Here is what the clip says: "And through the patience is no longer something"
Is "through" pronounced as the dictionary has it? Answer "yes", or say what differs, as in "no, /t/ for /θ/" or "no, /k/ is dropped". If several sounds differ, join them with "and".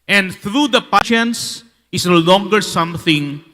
no, /t/ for /θ/